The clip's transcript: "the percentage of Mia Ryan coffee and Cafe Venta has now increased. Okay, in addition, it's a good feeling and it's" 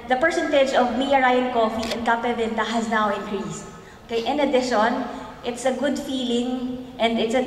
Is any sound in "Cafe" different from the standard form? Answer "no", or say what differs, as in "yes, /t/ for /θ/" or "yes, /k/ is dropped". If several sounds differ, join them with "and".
yes, /p/ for /f/